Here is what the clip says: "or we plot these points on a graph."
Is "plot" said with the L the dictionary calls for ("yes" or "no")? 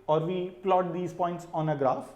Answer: yes